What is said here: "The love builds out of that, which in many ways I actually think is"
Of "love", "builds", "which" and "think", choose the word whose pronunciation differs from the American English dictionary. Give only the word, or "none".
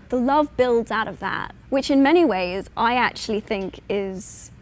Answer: none